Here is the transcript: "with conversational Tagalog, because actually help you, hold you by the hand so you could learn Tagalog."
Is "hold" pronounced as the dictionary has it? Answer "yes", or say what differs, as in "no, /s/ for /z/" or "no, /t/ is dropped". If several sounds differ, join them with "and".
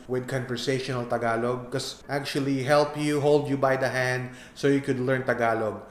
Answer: yes